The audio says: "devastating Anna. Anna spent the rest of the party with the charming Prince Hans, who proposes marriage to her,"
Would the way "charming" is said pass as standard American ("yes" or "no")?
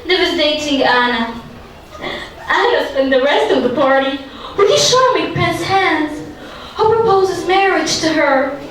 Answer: no